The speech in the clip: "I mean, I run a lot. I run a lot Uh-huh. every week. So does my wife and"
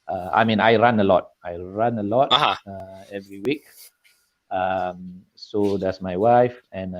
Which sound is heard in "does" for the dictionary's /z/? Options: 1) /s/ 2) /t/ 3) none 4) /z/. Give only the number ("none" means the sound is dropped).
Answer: 1